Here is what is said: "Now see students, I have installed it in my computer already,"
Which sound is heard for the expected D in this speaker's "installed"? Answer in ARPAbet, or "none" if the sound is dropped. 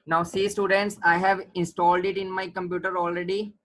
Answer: D